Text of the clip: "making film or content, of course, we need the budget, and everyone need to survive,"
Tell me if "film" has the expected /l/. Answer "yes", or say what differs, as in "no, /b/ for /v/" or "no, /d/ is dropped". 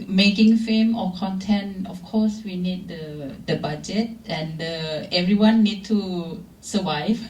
no, /l/ is dropped